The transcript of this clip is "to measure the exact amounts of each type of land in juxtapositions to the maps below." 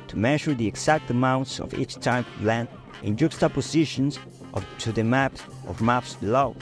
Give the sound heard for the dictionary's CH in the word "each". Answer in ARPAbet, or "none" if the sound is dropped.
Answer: CH